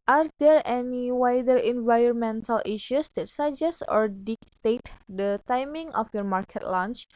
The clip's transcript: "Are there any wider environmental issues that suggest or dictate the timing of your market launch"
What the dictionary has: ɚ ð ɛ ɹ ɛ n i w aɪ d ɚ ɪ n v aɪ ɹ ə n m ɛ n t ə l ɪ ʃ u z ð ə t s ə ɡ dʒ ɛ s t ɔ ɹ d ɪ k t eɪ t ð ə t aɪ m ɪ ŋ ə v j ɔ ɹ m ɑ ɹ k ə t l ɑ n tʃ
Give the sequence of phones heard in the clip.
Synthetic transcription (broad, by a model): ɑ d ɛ ɹ ɛ n i w aɪ d ɚ ɪ n v aɪ ɹ ə n m ɛ n t ə l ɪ ʃ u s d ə t s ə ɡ dʒ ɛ s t ɔ ɹ d ɪ k t eɪ t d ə t aɪ m ɪ ŋ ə f j ɔ ɹ m ɑ ɹ k ə t l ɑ n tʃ